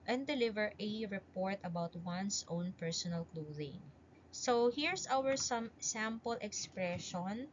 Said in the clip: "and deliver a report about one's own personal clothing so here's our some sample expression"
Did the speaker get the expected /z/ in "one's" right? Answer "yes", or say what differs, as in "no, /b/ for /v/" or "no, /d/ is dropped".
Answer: no, /s/ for /z/